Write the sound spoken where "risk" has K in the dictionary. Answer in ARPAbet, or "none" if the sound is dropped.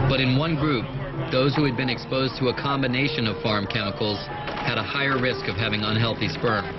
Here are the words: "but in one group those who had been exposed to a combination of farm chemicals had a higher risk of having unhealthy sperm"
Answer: K